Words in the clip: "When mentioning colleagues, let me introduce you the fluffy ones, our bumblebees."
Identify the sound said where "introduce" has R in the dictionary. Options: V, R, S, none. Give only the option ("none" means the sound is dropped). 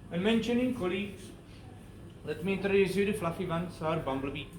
none